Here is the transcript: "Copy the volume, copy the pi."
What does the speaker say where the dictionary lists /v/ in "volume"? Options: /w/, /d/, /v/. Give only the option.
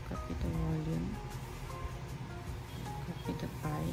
/w/